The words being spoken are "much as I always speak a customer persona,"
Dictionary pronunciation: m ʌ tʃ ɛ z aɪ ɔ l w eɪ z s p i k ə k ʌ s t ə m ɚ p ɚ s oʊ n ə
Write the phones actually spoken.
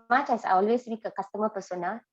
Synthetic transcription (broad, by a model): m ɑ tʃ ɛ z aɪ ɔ l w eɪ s b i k ə k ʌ s t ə m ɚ p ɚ s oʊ n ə